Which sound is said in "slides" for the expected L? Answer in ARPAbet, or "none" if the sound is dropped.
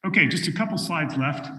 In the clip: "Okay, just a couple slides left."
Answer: none